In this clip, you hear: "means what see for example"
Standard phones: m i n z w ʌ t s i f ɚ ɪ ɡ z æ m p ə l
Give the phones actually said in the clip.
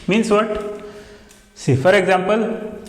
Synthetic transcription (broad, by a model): m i n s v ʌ t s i f ɚ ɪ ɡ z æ m p ə l